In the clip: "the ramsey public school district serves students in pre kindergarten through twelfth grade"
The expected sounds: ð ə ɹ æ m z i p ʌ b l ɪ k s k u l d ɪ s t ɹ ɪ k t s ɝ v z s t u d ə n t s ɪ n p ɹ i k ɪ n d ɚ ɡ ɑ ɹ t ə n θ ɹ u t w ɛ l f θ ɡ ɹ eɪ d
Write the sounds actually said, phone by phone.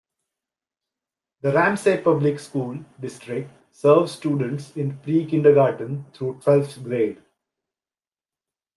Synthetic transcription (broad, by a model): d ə ɹ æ m s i p ʌ b l ɪ k s k u l d ɪ s t ɹ ɪ k t s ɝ v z s t u d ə n t s ɪ n p ɹ i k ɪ n d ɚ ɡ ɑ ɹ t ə n t ɹ u t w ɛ l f t ɡ ɹ eɪ d